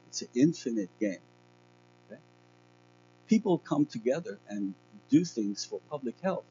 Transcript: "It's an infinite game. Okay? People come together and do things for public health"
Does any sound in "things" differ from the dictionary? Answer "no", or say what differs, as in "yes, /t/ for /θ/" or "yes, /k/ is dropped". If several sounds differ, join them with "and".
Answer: no